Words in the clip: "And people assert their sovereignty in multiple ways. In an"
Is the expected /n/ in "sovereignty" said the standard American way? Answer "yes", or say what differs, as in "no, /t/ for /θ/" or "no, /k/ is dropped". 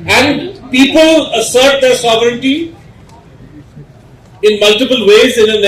yes